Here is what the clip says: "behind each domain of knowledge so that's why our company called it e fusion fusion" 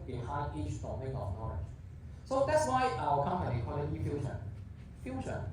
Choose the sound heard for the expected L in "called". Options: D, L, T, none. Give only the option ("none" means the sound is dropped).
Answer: none